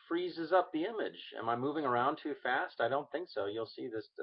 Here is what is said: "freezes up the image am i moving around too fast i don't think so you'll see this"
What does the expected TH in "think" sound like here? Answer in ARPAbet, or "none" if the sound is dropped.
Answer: TH